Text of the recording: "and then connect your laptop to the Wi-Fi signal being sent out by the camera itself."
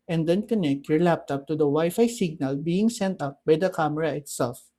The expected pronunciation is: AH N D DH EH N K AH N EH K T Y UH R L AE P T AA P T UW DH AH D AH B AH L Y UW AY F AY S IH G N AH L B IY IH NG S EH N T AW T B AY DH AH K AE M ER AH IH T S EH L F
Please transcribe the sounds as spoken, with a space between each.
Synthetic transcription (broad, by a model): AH N D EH N K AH N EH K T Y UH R L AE P T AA P T UW D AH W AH Y F AY S IH G N AH L B IY IH NG S EH N T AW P B AY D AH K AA M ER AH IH T S EH L F